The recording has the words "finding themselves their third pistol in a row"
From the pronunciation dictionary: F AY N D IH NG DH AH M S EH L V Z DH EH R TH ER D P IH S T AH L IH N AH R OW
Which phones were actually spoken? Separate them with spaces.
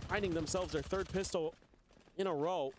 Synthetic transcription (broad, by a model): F AY N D IH NG DH AH M S EH L V Z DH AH R TH ER D P IH S T L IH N AH R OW